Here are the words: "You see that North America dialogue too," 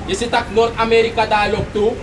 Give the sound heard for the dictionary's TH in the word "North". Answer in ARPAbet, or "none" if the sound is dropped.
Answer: T